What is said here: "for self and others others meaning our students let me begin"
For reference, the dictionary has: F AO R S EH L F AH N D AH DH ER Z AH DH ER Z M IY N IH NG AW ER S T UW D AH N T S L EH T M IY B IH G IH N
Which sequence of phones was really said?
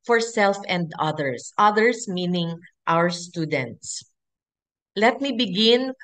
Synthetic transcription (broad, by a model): F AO R S EH L F AH N D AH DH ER S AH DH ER S M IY N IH NG AW ER S T UW D AH N T S L EH T M IY B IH G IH N